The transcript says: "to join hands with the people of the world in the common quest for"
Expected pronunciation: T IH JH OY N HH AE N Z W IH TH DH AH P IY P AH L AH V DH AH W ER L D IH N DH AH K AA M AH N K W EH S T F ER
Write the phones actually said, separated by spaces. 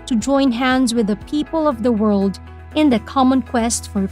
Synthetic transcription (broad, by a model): T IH JH OY N HH AE N Z W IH DH AH P IY P AH L AH V DH AH W ER L D IH N DH AH K AA M AH N K W EH S T F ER